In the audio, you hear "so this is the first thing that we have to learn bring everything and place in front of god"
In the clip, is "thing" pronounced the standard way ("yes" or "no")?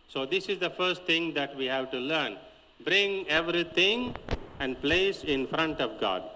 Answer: no